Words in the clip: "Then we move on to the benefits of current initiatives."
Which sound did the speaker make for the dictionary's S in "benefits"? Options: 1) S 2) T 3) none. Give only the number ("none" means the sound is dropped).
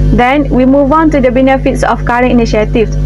1